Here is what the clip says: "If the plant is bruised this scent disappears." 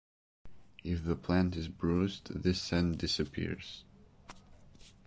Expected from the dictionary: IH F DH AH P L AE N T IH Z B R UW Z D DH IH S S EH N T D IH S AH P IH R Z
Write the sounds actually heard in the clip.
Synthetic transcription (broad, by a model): IH F DH AH P L AE N T IH Z B R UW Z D DH IH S S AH N D IH S AH P IH R Z